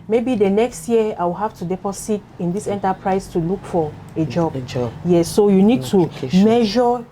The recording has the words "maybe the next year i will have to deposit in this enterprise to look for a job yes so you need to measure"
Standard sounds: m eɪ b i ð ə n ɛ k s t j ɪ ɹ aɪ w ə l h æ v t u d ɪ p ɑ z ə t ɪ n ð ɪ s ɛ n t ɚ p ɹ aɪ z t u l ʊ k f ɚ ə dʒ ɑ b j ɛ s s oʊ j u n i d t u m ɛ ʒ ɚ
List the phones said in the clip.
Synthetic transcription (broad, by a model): m eɪ b i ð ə n ɛ k s t j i aɪ w ə l h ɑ f t u d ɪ p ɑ s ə t ɪ n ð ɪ s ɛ n t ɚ p ɹ aɪ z t u l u k f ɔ ə dʒ ɑ b j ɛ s s oʊ j u n i d t u m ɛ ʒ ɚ